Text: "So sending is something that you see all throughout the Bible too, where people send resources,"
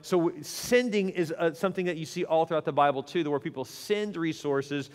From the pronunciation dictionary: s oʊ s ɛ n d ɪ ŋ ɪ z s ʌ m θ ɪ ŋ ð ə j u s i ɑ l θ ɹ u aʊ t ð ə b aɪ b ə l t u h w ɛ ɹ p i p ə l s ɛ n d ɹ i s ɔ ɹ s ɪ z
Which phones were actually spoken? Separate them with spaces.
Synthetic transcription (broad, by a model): s oʊ s ɛ n d ɪ ŋ ɪ z s ʌ m θ ɪ ŋ ð ə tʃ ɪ s i ɑ l θ ɹ u aʊ t ð ə b aɪ b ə l t u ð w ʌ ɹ p i p l s ɛ n d ɹ i s ɔ ɹ s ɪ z